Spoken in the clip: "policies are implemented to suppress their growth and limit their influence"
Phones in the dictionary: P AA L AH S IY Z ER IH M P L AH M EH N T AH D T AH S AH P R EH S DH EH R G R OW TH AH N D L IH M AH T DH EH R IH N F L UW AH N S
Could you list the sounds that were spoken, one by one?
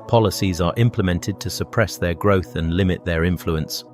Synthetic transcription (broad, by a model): P AA L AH S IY Z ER IH M P L AH M EH N T AH D T AH S AH P R EH S DH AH G R OW TH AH N L IH M AH T DH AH R IH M F L UW AH N S